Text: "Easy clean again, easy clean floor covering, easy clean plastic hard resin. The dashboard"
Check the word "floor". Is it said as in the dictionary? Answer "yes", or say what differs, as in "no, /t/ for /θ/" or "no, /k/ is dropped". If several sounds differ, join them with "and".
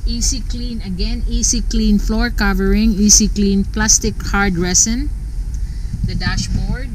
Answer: yes